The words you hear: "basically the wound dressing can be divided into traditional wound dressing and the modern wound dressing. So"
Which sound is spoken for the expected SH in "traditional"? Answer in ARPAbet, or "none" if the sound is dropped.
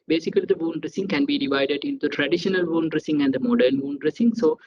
SH